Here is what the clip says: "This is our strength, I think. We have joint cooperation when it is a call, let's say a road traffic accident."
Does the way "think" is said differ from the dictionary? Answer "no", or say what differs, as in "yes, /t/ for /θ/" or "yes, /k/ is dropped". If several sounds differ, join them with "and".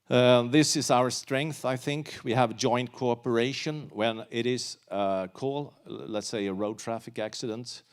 no